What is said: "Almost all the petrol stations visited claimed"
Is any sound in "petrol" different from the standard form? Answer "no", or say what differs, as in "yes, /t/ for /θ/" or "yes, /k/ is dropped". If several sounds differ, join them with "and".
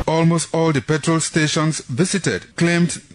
no